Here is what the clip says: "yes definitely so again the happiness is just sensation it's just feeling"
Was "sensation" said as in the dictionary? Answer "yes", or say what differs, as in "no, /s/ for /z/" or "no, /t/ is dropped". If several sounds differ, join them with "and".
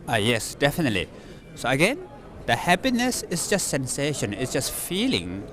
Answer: yes